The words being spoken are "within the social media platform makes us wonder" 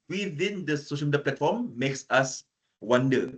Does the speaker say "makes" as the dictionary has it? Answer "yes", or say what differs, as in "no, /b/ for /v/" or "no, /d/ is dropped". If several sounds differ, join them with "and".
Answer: yes